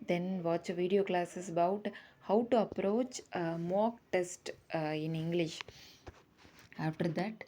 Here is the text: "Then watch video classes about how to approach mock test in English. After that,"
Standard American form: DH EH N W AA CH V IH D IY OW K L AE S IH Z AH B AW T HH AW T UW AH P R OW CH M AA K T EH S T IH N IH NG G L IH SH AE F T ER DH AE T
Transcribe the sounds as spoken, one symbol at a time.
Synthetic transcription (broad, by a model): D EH N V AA CH V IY D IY OW K L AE S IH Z AH B AW T HH AW T UW AH P R OW CH M AA K T EH S T IH N IH NG G L IH SH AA F T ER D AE T